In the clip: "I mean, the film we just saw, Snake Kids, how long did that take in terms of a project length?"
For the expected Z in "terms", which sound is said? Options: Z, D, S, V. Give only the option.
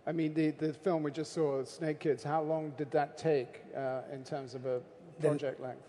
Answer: Z